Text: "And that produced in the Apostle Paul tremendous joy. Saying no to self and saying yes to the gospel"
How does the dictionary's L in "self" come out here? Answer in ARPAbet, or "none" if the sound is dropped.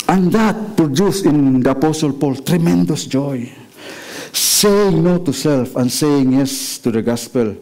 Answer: L